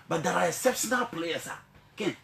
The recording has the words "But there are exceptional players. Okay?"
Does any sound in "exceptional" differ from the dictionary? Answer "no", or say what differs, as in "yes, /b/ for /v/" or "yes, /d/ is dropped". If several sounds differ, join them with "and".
yes, /k/ is dropped